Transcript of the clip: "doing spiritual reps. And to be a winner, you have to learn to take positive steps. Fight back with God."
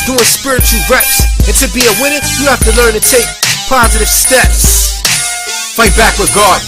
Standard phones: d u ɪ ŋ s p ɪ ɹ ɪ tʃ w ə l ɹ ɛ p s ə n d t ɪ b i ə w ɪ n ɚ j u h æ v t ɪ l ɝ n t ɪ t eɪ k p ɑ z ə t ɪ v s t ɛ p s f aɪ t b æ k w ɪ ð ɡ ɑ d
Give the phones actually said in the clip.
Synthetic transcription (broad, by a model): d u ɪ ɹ s p ɪ ɹ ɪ tʃ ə l ɹ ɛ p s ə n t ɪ b i ə w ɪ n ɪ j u h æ f t ɪ l ɝ n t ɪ t eɪ k p ɑ z ə t ɪ v s t ɛ p s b aɪ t b æ k w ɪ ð ɡ ɑ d